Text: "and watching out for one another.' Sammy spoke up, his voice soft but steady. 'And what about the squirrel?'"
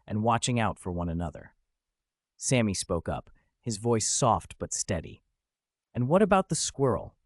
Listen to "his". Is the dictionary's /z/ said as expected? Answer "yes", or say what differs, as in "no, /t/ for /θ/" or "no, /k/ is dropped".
yes